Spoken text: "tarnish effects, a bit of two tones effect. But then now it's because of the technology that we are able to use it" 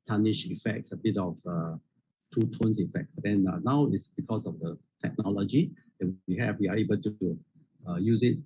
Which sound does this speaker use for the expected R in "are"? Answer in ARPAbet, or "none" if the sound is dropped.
W